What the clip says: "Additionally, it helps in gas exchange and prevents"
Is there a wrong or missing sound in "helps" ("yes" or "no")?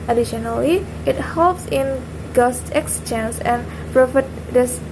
no